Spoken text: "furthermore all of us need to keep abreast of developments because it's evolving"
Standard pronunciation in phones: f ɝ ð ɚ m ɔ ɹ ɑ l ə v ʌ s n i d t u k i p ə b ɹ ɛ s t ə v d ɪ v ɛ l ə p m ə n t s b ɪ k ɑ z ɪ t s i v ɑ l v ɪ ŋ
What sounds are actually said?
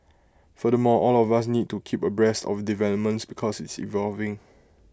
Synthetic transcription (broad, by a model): f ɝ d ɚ m ɔ ɑ l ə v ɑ s n i d t u k i p ə b ɹ ɛ s t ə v d ɪ v ɛ l ə p m ə n t s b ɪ k ɑ s ɪ t s i v ɑ l v ɪ ŋ